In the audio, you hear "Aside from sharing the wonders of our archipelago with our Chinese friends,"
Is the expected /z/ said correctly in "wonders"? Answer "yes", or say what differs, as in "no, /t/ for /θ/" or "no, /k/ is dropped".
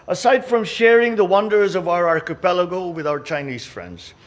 yes